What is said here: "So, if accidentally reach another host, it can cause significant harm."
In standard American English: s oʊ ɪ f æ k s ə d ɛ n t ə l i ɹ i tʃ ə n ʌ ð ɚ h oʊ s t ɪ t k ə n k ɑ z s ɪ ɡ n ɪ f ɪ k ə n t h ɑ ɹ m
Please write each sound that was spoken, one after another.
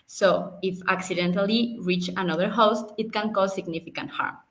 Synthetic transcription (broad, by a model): s oʊ ɪ f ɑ k s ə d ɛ n t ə l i ɹ i tʃ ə n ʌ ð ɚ h oʊ s t ɪ t k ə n k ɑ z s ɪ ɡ n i f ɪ k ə n t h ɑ ɹ m